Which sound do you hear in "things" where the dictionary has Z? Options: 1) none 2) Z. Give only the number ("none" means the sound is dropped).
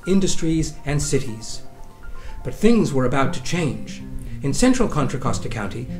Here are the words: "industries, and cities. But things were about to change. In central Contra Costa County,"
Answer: 2